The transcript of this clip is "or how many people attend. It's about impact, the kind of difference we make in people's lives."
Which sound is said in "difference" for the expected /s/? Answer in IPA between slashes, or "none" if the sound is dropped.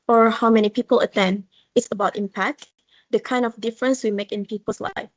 /s/